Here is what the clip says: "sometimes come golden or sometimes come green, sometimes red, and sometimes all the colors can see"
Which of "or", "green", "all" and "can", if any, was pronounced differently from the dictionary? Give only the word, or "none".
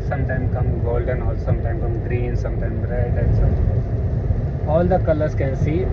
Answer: or